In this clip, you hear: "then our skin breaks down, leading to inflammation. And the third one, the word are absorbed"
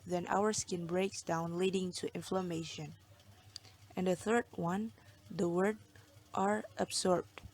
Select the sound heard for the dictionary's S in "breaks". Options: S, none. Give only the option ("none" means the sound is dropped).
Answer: S